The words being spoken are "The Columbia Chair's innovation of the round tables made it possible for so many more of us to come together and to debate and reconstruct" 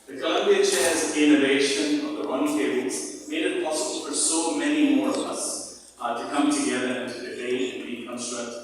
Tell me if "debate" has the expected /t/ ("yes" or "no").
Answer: no